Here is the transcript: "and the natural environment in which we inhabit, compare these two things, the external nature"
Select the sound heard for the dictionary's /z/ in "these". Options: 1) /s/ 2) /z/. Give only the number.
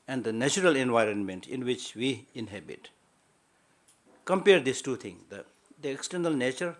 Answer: 1